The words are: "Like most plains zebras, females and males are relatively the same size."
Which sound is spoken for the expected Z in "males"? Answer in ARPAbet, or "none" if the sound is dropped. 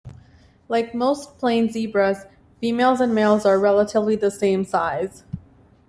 Z